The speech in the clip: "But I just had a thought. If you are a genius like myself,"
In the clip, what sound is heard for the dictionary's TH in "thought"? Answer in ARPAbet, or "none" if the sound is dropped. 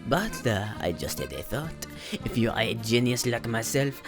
TH